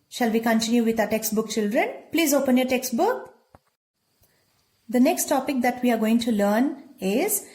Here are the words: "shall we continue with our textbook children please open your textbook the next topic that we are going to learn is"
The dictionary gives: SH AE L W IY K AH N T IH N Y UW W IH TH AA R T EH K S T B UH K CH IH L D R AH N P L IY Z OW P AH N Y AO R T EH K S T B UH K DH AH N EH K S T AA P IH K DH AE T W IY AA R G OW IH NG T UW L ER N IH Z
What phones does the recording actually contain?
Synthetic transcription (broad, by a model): SH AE L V IY K AH N T IH N Y UW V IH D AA T EH K S T B UH K CH IH L D R AH N P L IY Z OW P AH N Y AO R T EH K S T B UH K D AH N EH K S T AA P IH K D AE T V IY AA R G OW IH NG T UW L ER N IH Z